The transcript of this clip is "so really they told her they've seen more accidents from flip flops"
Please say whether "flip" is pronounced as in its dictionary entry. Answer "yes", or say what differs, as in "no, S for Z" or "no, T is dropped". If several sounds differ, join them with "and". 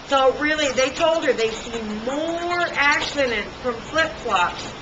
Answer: yes